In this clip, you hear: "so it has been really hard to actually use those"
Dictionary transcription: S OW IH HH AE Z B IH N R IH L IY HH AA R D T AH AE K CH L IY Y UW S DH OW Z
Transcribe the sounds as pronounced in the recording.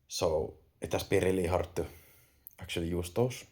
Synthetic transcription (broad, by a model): S OW IH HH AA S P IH R IH L IY HH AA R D T AH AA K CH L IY Y UW S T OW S